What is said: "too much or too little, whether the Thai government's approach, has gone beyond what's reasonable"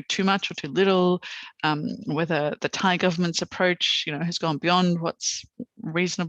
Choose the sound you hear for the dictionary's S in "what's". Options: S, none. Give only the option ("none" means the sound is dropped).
S